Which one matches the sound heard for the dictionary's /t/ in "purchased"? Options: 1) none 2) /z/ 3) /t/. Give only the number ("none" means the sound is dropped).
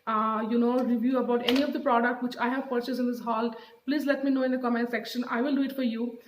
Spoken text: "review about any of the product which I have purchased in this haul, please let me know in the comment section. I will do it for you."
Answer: 1